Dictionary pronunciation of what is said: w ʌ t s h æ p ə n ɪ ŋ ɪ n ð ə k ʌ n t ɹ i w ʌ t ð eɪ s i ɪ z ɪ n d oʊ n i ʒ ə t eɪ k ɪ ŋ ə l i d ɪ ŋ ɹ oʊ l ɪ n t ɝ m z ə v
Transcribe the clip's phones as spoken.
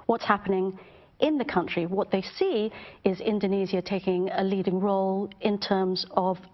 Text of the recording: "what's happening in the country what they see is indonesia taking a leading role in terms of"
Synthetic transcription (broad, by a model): w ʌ t s h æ p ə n ɪ ŋ ɪ n ð ə k ʌ n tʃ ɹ i w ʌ t ð eɪ s i ɪ z ɪ n d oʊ n i z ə t eɪ k ɪ ŋ ə l i d ɪ ŋ ɹ oʊ l ɪ n t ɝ m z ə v